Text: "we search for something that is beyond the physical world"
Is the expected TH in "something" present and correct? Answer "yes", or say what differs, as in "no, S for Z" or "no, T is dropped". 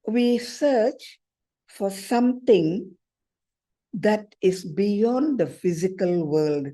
no, T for TH